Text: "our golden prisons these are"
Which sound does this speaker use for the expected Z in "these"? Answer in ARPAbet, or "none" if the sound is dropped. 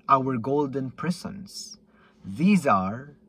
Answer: Z